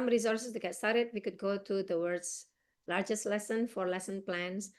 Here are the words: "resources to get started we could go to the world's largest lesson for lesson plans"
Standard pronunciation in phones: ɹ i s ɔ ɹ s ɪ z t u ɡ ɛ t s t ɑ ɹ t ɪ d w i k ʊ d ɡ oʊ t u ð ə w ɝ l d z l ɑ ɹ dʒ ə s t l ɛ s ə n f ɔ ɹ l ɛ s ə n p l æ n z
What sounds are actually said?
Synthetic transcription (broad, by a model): ɹ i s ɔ ɹ s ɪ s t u ɡ ɛ t s t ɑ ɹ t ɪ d w i k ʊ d ɡ oʊ t u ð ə w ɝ d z l ɑ ɹ dʒ ə s t l ɛ s ə n f ɔ ɹ l ɛ s ə n p l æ n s